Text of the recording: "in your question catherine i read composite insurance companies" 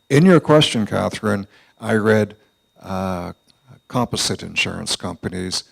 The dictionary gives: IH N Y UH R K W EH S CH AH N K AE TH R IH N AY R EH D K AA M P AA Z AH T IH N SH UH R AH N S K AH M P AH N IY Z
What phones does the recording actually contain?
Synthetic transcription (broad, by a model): IH N Y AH R K W EH S CH AH N K AE TH R IH N AY R EH D K AA M P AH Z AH T IH N SH UH R AH N S K AH M P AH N IY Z